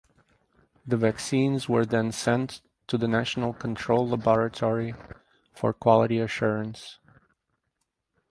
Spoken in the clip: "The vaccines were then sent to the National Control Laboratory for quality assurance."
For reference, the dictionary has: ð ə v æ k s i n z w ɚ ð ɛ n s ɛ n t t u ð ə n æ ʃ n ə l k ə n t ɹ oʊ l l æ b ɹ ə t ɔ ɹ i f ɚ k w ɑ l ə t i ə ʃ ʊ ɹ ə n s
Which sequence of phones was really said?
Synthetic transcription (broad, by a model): ð ə v æ k s i n z w ɚ ð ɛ n s ɛ n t t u ð ə n æ ʃ n ə l k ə n t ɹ oʊ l l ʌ b ɹ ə t ɔ ɹ i f ɚ k w ɑ l ə t i ə ʃ ʊ ɹ ə n s